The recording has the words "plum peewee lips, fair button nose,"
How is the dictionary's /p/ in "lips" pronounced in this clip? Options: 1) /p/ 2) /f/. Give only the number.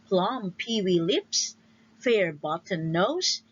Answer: 1